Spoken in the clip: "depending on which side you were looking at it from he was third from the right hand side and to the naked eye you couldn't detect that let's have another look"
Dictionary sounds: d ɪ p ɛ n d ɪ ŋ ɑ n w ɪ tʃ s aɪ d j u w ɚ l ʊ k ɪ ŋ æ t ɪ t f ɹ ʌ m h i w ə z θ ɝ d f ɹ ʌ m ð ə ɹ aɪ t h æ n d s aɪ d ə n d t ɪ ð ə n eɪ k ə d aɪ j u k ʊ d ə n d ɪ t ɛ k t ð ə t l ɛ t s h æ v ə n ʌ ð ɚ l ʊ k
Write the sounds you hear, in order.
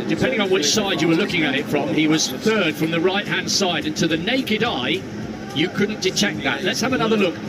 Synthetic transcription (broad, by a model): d ɪ p ɛ n d ɪ ŋ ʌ n w ɪ tʃ s aɪ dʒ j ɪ w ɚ l ʊ k ɪ ŋ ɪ t ɪ t f ɹ ʌ m i w ə z θ ɝ d f ɹ ʌ m ð ə ɹ aɪ t h æ n d s aɪ d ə n t ɪ ð ə n eɪ k ə d aɪ j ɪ k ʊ d n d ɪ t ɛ k ð ə t l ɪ t s h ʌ v ə n ʌ ð ɚ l ʊ k